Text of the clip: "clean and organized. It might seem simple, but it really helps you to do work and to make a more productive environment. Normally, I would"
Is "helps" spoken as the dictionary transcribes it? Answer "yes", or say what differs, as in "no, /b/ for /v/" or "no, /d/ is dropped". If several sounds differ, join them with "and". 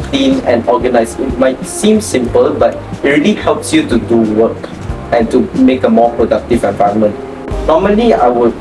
yes